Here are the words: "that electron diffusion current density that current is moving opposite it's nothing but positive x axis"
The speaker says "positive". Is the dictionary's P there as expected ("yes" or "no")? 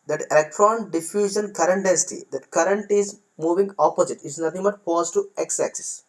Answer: no